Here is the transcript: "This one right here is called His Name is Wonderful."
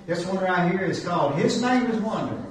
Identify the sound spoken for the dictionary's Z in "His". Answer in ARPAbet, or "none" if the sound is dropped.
Z